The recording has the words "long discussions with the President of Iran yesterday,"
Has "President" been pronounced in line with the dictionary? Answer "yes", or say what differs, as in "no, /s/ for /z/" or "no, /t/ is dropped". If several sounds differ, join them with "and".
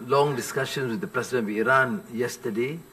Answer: no, /t/ is dropped